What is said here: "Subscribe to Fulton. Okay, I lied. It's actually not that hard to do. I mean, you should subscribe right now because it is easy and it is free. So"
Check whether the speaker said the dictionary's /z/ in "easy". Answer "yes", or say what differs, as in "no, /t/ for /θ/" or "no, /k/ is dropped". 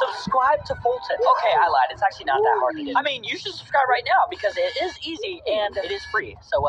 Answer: yes